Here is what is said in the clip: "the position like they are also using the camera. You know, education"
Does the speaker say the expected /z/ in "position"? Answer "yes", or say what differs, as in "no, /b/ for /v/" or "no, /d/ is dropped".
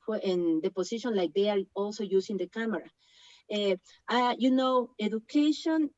no, /s/ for /z/